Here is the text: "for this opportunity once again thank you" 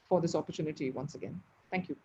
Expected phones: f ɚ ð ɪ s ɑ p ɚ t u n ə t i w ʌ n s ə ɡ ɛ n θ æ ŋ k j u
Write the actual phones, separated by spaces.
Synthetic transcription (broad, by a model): f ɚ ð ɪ s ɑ p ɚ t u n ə t i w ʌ n s ə ɡ ɛ n t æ ŋ k j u